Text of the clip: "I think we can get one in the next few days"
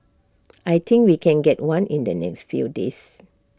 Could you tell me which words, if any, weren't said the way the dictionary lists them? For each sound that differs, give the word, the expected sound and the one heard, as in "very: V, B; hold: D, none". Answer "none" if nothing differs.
think: TH, T; days: Z, S